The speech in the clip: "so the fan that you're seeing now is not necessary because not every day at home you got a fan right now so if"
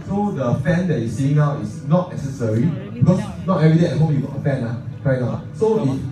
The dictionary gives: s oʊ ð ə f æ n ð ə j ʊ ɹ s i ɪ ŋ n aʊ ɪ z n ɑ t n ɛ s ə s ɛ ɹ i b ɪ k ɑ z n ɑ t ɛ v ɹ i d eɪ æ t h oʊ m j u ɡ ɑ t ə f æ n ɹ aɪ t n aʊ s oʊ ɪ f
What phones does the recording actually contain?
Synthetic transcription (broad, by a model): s oʊ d ə f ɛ n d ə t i s i ɪ ŋ n aʊ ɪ s n ɑ t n ɛ s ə s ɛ ɹ i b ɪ k ɑ s n ɑ t ɛ v ɹ i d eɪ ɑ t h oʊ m j u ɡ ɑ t ə f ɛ n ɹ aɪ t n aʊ s oʊ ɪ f